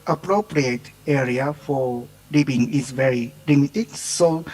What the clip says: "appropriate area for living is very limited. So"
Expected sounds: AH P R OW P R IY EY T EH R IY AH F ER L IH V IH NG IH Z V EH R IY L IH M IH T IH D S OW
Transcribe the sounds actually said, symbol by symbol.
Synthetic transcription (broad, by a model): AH P R OW P R IY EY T EH R IY AH F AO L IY B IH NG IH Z V EH R IY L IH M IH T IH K S OW